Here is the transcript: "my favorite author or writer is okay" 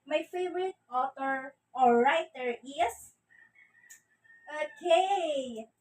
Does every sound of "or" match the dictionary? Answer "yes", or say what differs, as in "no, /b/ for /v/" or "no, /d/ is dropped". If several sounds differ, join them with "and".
no, /l/ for /ɹ/